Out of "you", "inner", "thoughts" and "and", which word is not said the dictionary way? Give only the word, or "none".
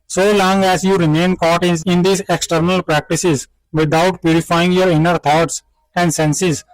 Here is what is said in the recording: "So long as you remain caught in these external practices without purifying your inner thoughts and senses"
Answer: thoughts